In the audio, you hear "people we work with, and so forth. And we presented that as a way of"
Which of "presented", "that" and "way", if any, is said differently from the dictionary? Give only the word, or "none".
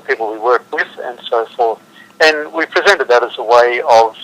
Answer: none